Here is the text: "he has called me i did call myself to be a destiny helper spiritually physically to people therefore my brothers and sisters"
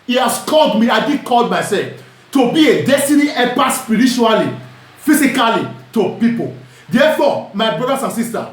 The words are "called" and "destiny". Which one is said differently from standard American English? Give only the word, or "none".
none